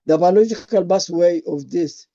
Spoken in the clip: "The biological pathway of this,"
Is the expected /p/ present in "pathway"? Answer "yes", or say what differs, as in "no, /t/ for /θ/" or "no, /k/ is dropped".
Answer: no, /b/ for /p/